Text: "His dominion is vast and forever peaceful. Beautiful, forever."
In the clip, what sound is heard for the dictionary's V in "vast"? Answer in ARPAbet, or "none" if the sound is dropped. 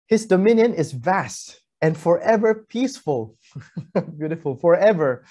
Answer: V